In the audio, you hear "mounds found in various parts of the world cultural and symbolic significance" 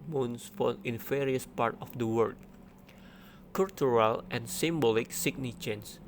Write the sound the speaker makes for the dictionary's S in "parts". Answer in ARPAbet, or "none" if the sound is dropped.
none